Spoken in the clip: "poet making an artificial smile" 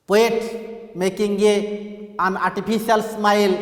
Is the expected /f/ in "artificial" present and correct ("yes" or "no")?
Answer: no